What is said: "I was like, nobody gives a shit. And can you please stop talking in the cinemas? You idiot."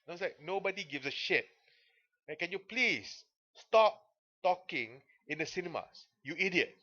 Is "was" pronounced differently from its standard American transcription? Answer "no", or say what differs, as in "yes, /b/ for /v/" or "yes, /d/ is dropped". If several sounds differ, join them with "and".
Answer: yes, /s/ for /z/